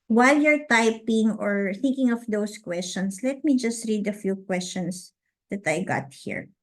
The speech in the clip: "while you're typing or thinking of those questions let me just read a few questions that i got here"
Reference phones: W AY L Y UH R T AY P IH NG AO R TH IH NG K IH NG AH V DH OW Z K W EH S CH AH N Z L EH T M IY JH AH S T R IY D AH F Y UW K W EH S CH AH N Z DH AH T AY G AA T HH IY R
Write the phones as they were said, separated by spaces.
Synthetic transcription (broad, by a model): W AY L Y UH R T AY P IH NG AO R TH IH NG K IH NG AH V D OW S K W EH S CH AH N S L EH T M IY JH AH S T R IY D AH F Y UW K W EH S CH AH N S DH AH T AY G AA T HH IY R